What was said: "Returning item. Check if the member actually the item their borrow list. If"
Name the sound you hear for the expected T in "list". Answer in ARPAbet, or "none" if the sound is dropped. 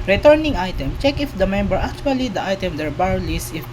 none